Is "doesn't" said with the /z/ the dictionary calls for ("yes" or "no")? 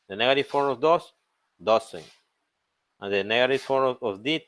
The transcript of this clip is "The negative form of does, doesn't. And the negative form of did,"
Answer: no